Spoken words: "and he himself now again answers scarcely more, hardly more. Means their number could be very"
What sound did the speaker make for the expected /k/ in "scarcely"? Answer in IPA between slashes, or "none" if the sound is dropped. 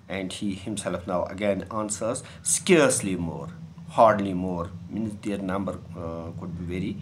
/k/